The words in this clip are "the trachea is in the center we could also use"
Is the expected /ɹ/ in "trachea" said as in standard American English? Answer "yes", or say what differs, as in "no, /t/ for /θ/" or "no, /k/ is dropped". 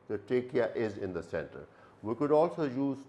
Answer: no, /ɹ/ is dropped